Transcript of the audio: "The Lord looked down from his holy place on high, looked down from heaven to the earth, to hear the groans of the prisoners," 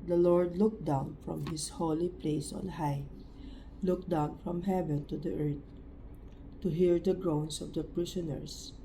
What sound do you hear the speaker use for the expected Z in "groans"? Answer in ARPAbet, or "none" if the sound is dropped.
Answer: S